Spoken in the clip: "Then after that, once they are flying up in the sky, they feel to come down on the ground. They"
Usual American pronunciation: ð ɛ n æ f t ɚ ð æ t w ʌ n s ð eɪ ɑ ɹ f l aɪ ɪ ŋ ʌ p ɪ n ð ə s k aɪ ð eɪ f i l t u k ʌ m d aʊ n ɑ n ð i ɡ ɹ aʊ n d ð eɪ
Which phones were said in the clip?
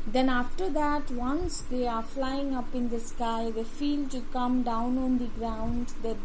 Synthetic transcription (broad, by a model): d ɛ n æ f t ɚ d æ t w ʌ n s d eɪ ɑ ɹ f l aɪ ɪ ŋ ʌ p ɪ n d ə s k aɪ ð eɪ f i l t u k ʌ m d aʊ n ɑ n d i ɡ ɹ aʊ n d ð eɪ